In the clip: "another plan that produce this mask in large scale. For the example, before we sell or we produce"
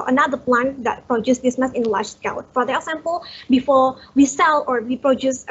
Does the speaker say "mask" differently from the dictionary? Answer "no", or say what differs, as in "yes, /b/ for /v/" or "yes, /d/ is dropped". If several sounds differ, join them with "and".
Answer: yes, /k/ is dropped